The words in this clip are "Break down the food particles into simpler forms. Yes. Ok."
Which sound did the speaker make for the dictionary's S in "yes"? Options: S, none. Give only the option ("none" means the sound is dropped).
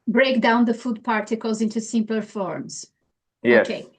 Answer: none